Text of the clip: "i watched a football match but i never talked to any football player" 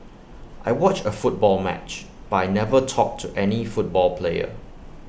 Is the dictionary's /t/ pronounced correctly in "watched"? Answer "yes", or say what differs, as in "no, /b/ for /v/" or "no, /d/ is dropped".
no, /t/ is dropped